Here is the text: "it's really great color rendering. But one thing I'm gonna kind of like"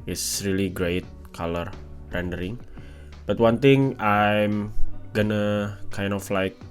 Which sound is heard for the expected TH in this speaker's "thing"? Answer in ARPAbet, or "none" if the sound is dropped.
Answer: T